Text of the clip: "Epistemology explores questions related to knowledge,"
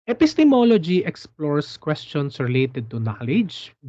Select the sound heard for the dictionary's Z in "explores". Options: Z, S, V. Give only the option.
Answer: S